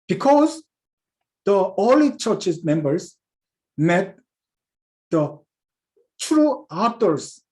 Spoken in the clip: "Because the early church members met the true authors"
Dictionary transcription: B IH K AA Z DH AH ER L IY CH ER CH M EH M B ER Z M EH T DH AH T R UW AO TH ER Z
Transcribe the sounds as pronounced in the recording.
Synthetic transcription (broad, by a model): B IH K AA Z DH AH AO L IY CH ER CH M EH M B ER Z M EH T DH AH T R UW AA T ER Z